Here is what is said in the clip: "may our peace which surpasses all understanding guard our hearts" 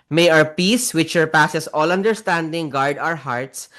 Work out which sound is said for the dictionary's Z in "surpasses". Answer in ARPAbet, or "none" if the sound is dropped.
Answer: S